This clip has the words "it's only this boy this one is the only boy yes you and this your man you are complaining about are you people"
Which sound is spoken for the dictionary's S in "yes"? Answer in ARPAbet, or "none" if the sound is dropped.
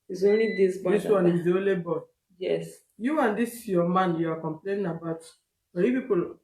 S